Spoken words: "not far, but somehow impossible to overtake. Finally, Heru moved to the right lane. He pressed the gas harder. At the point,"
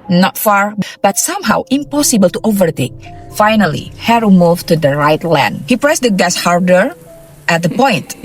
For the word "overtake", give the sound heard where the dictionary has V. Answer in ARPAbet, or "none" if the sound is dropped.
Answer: V